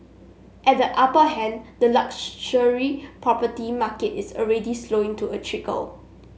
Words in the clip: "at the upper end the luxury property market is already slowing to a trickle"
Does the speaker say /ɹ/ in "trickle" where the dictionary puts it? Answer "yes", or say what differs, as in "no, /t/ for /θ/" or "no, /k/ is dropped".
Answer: yes